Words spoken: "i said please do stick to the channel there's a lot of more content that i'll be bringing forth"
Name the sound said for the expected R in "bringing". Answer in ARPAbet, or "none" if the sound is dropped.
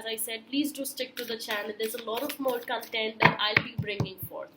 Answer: R